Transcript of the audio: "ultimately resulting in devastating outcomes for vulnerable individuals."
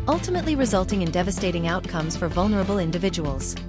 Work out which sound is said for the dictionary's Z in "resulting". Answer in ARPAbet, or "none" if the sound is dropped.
Z